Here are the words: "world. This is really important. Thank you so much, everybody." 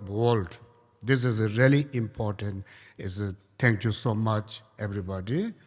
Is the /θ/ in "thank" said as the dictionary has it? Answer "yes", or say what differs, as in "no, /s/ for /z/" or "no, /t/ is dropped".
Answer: no, /t/ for /θ/